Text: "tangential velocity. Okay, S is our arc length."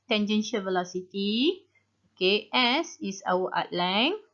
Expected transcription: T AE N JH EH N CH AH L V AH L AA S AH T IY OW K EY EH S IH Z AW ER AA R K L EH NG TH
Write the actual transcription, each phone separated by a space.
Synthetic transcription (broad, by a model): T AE N JH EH N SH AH V AH L AA S AH T IY OW K EY EH S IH S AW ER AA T L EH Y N